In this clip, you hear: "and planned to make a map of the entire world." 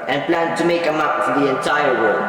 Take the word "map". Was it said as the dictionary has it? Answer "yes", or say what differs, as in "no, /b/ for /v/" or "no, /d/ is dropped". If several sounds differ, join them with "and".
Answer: no, /f/ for /p/